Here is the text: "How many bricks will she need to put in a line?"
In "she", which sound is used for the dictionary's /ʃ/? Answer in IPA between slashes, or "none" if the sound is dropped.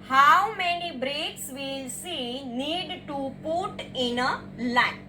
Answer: /s/